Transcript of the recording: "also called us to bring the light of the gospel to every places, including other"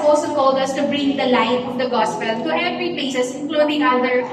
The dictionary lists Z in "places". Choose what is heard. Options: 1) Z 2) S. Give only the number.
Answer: 2